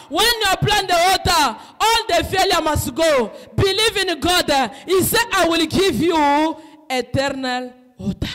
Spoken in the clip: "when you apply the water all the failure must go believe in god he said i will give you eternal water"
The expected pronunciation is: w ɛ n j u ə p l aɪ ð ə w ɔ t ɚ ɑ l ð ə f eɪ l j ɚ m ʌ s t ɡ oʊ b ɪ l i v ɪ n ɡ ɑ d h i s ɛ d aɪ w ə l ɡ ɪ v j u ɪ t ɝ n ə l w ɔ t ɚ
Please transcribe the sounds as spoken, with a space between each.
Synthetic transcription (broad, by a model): w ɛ n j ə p l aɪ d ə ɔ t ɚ ɑ l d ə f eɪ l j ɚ m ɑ s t ɡ oʊ b ɪ l i v ɪ n ɡ ɑ d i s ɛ aɪ w ə l ɡ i v j u ɪ t ɝ n ə l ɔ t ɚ